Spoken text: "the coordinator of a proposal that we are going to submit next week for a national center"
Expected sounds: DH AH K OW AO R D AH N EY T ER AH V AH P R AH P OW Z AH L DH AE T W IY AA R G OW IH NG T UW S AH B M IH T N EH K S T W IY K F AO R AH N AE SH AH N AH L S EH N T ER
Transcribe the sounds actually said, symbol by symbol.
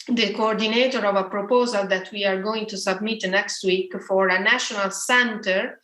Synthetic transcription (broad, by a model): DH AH K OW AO R D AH N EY T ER AH V AH P R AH P OW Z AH L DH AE T W IY AA R G OW IH NG T UW S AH B M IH T N EH K S T W IY K F AO R AH N AE SH AH N AH L S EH N T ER